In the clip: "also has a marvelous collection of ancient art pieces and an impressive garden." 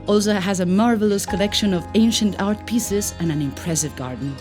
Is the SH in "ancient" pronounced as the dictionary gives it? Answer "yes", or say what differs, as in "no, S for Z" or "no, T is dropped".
yes